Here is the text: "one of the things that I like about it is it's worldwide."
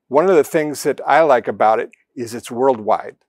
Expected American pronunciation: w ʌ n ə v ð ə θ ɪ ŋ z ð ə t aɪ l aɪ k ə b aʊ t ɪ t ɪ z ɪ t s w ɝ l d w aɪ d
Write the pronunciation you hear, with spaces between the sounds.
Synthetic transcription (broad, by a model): w ʌ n ə v ð ə θ ɪ ŋ z ð ə t aɪ l aɪ k ə b aʊ t ɪ t ɪ z ɪ t s w ɝ l d w aɪ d